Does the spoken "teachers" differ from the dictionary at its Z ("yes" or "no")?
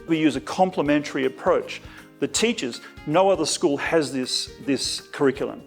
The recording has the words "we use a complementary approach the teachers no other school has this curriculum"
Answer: no